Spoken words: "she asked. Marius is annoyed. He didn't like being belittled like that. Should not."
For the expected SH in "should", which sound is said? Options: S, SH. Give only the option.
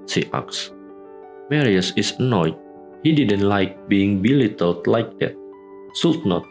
S